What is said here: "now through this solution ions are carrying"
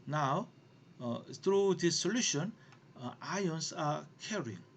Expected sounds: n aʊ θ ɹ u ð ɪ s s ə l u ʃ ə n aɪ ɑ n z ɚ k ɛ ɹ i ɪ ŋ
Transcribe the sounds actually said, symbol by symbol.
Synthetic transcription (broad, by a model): n aʊ t ɹ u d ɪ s s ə l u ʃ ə n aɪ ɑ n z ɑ k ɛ ɹ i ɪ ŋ